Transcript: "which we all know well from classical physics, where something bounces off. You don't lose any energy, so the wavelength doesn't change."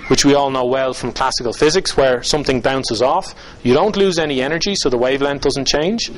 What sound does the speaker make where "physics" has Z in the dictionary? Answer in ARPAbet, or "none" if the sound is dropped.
Z